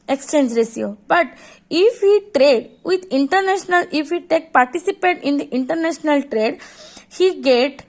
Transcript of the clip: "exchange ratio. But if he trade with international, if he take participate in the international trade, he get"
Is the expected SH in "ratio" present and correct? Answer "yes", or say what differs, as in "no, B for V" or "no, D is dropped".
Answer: no, S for SH